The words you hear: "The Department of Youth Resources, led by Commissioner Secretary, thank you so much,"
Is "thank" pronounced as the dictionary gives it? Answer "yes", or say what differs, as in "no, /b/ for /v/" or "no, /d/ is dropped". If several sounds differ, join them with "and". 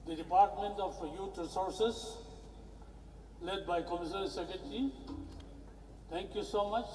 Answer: no, /t/ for /θ/